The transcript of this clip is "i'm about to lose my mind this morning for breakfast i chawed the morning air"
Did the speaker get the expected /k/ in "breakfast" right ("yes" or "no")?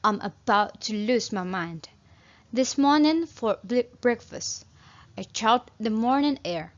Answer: yes